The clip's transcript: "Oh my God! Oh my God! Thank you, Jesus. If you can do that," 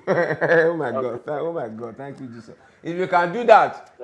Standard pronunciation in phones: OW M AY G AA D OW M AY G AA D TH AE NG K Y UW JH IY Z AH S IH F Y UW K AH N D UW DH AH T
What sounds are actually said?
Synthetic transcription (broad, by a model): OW M AY G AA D OW M AY G AA D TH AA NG K Y UW JH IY S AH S IH F Y UW K AH N D UW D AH T